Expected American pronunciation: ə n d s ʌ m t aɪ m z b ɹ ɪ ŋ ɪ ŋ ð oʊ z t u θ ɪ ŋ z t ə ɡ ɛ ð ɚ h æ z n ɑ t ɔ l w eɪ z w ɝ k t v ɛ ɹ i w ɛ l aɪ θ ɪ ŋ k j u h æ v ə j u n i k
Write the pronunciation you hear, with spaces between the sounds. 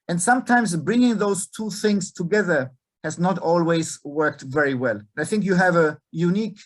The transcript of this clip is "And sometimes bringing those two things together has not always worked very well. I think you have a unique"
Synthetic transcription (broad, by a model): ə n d s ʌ m t aɪ m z b ɹ ɪ ŋ ɪ ŋ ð oʊ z t u θ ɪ ŋ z t ə ɡ ɛ ð ɚ h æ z n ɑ t ɔ l w eɪ z w ɝ k t v ɛ ɹ i w ɛ l aɪ θ ɪ ŋ k j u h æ v ə j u n i k